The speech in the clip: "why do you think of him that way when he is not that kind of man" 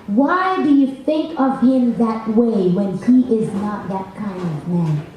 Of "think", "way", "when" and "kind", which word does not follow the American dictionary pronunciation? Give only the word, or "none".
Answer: none